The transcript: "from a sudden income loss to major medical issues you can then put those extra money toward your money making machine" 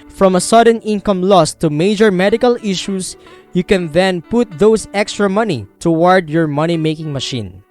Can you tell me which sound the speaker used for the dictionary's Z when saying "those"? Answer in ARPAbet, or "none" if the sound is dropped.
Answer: S